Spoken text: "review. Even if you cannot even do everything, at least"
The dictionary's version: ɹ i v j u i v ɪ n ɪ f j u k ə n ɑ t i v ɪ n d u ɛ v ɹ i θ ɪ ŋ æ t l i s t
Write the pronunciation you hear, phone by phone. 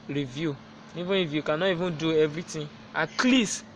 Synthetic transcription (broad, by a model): ɹ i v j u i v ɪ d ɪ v j u k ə n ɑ i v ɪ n d u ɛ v ɹ i t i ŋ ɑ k l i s